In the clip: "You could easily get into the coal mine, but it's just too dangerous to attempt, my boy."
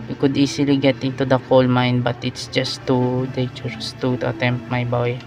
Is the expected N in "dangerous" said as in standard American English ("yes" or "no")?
no